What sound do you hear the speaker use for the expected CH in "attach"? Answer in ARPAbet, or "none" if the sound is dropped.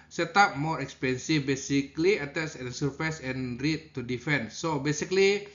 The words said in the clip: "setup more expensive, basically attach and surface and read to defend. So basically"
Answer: S